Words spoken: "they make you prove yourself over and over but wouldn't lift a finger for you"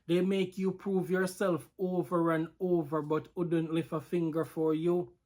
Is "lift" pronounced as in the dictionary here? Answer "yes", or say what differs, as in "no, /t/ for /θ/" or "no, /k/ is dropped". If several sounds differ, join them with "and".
no, /t/ is dropped